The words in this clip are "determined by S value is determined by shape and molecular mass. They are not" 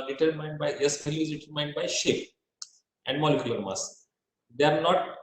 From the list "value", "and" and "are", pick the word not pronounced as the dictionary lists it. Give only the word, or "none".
value